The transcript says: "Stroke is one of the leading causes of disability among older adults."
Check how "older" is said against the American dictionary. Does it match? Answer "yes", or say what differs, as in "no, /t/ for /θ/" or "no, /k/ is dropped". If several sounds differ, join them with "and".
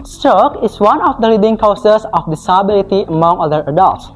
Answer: no, /l/ is dropped